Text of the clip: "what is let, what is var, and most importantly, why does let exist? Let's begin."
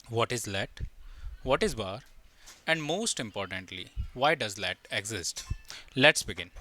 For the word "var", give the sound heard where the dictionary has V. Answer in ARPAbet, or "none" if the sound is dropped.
B